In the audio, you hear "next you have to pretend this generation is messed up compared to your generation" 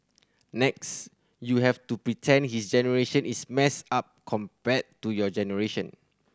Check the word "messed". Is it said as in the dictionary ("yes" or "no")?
no